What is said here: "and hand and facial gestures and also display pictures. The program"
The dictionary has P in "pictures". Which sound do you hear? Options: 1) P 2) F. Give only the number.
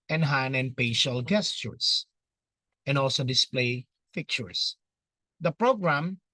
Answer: 2